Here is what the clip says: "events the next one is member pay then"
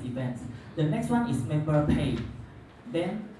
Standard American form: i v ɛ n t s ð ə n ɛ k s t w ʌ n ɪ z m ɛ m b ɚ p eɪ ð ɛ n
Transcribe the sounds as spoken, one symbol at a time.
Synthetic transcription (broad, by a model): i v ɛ n t s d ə n ɛ k s t w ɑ n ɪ s m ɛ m b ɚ p eɪ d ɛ n